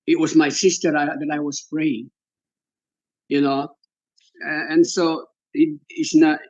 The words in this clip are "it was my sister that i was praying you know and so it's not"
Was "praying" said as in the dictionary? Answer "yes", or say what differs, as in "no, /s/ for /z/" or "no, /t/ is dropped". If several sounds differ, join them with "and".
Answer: no, /f/ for /p/